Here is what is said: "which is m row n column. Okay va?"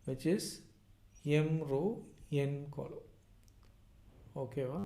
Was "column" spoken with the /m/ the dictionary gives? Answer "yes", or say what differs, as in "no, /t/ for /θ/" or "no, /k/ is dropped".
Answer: no, /m/ is dropped